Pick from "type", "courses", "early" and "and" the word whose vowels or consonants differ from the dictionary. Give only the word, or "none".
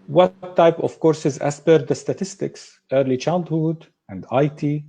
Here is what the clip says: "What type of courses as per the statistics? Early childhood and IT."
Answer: none